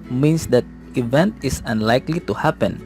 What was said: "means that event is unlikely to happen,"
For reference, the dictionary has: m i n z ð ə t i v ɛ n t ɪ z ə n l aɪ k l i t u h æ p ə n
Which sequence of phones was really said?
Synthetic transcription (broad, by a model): m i n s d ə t i v ɛ n t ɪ s ə n l aɪ k l i t u h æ p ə n